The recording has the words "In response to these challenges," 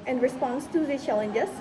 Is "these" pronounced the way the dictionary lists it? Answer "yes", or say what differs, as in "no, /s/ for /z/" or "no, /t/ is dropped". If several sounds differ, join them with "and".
no, /z/ is dropped